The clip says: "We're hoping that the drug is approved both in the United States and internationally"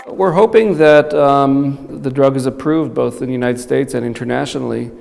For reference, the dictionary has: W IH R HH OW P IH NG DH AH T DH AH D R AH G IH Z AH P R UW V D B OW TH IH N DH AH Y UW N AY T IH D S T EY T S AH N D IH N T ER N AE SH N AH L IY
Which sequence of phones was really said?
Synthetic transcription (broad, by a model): W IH R HH OW P IH NG DH AH T DH AH D R AH G IH Z AH P R UW V D B OW TH IH N DH AH Y UW N AY T IH D S T EY T S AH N IH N T ER N AE SH N L IY